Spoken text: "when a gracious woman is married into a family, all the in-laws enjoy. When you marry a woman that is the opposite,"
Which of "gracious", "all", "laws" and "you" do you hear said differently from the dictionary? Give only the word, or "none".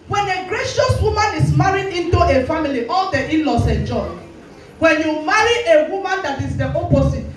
laws